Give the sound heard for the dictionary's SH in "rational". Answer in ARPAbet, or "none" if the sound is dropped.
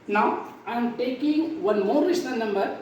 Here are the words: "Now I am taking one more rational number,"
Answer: S